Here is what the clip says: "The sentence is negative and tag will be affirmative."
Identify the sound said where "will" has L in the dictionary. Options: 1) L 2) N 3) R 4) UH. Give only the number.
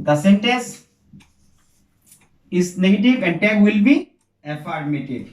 1